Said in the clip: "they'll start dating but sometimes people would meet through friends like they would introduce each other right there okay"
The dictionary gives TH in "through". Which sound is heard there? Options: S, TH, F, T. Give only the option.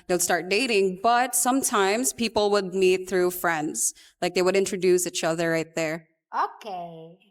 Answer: TH